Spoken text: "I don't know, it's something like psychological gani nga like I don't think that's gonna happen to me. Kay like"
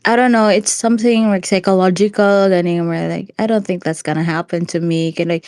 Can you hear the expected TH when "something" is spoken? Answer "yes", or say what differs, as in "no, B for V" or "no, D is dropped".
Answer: yes